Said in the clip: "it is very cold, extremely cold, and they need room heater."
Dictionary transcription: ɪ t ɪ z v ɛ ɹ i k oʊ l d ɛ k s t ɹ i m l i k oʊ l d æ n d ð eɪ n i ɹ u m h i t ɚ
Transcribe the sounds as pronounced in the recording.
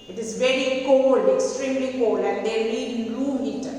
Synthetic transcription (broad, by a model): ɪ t ɪ z v ɛ ɹ i k oʊ l d ɛ k s t ɹ i m l i k oʊ l d æ n d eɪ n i l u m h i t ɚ